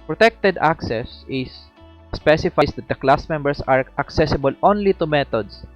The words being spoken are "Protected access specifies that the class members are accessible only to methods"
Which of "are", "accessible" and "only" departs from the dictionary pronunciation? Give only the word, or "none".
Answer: none